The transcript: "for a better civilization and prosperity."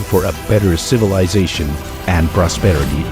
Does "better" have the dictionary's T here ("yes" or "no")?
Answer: yes